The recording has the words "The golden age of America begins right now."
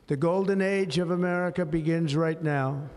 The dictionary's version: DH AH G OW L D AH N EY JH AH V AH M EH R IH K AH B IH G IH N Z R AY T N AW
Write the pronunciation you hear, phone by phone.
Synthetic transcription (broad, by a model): DH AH G OW L D N EY JH AH V AH M EH R IH K AH B IH G IH N Z R AY T N AW